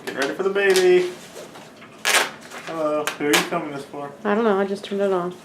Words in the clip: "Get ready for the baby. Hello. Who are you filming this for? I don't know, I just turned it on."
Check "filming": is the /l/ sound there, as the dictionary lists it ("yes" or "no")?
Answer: no